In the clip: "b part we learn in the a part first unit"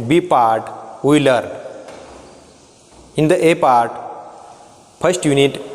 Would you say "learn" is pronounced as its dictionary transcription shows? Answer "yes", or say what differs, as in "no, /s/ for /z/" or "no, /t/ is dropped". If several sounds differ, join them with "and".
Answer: no, /n/ is dropped